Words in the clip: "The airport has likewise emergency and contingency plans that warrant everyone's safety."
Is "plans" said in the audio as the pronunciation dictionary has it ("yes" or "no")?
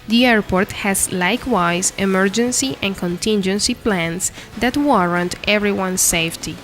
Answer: no